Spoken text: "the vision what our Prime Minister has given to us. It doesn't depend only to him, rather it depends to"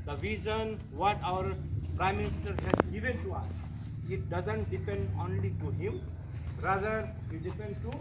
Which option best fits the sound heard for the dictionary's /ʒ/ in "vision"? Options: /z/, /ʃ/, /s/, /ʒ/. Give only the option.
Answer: /z/